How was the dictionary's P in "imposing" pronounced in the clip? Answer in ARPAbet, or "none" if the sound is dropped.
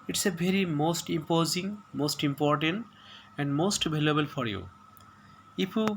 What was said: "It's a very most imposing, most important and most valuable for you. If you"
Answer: P